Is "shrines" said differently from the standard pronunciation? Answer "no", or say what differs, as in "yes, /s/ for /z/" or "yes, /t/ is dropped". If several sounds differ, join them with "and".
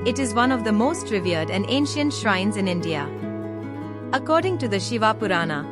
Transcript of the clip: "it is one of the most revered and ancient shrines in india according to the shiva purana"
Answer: no